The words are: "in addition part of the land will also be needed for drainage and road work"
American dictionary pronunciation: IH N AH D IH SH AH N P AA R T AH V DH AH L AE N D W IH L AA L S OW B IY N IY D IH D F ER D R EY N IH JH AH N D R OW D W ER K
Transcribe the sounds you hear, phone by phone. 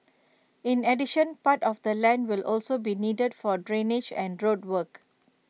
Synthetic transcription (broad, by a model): IH N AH D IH SH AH N P AA T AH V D AH L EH N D W IH L AA L S OW B IY N IY D IH D F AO D R EY N IH JH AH N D R OW D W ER K